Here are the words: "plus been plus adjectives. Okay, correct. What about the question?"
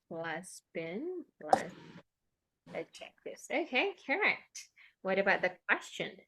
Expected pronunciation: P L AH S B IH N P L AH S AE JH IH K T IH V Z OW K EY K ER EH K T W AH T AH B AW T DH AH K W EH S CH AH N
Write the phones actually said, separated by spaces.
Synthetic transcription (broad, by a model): L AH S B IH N L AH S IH CH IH K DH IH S OW K EY K ER EH K T W AH T AH B AW T DH AH K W EH S CH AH N